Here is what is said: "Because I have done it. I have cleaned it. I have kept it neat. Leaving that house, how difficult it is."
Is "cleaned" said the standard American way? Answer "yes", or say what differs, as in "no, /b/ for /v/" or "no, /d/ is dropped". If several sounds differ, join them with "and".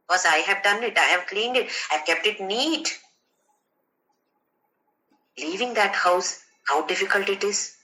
yes